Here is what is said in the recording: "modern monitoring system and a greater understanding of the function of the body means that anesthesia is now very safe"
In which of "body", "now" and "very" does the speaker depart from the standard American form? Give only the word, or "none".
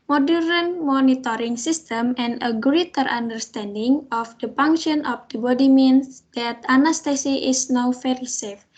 very